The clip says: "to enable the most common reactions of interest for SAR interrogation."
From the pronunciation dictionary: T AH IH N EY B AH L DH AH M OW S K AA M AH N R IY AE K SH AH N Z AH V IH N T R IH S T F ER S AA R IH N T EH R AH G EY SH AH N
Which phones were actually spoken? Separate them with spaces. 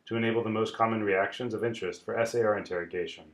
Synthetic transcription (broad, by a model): T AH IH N EY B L DH AH M OW S K AA M AH N R IY AE K SH AH N Z AH V IH N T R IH S T F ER S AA R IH N T EH R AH G EY SH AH N